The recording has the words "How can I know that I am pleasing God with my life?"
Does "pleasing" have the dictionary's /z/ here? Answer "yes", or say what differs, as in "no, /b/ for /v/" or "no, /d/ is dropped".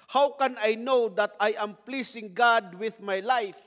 no, /s/ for /z/